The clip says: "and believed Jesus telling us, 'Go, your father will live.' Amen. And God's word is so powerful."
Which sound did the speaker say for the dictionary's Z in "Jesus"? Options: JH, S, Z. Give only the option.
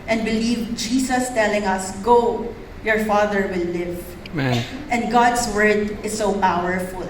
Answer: S